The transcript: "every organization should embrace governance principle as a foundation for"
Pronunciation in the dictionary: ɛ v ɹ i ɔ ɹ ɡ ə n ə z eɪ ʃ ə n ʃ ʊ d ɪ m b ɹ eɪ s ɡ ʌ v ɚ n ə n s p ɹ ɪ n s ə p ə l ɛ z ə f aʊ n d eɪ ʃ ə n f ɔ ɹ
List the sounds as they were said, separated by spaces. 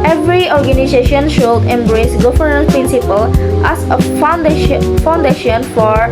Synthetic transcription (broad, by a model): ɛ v ɹ i ɔ ɹ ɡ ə n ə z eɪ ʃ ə n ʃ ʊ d ɪ m b ɹ eɪ s ɡ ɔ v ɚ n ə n p ɹ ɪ n s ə p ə l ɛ s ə f aʊ n d eɪ ʃ ə n f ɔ ɹ